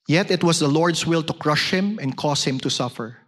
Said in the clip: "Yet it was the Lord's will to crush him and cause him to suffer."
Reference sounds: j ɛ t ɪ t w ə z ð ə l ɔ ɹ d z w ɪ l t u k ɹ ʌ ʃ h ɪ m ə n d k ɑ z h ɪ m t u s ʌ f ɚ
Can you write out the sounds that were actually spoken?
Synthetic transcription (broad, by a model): j ɛ t ɪ t w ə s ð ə l ɔ ɹ d s w ɪ l t u k ɹ ʌ ʃ h ɪ m ə n d k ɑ s h ɪ m t u s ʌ f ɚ